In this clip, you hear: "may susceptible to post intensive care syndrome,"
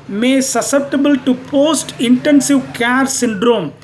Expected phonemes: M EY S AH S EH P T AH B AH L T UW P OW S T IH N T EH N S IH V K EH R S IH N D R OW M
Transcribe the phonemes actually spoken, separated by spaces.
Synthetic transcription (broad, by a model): M EY S AH S EH P T AH B AH L T UW P OW S T IH N T EH N S IH V K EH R S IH N D R OW M